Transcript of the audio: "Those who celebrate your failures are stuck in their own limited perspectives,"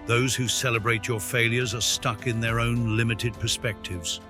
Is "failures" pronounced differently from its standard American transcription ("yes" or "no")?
no